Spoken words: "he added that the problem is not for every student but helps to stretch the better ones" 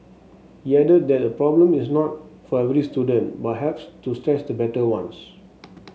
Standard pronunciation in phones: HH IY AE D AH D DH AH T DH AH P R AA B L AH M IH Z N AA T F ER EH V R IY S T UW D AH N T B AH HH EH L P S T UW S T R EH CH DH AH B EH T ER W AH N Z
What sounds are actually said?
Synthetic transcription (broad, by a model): HH IY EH D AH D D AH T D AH P R AA B L AH M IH S N AA T F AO EH V R IY S T UW D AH N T B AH HH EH P S T UW S T R EH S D AH B EH T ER W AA N S